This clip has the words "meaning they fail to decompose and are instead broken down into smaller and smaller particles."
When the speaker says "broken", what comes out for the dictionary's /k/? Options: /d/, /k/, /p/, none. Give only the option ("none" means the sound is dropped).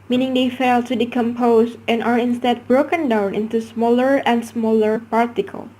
/k/